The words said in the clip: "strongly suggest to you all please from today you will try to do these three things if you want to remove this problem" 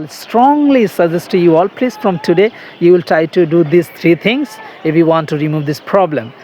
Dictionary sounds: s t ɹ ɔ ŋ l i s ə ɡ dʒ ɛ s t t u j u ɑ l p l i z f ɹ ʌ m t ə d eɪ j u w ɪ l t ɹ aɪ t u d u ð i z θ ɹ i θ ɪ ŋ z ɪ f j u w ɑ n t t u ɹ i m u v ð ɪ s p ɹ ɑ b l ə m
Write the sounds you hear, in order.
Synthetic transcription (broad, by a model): s t ɹ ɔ ŋ l i s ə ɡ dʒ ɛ s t t u j u ɑ l p l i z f ɹ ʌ m t ə d eɪ j u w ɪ l t ɹ aɪ t u d u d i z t ɹ i t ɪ ŋ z ɪ f j u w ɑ n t t u ɹ i m u v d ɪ s p ɹ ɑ b l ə m